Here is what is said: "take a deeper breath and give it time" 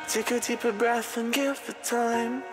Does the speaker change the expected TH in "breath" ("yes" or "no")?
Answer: no